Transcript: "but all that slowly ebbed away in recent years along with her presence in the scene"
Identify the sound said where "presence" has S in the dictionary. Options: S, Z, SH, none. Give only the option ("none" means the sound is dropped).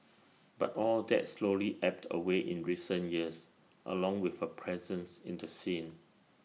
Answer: S